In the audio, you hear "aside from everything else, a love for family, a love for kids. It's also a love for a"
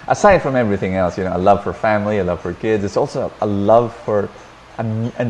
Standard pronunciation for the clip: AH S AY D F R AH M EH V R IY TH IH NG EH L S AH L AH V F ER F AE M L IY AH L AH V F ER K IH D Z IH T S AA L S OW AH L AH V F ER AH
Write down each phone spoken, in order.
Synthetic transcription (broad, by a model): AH S AY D F R AH M EH V R IY TH IH NG EH L S AH L AH V F ER F AE M L IY AH L AH V F ER K IH D Z IH T S AA L S OW AH L AH V F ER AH